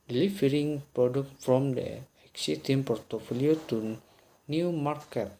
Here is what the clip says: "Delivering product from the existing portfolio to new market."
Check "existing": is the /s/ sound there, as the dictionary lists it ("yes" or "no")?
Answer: no